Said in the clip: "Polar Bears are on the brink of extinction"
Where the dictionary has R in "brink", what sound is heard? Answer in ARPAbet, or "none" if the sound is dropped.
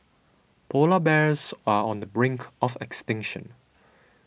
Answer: R